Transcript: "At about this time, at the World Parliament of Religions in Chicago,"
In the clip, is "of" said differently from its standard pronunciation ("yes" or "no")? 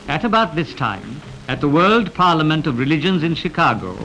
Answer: no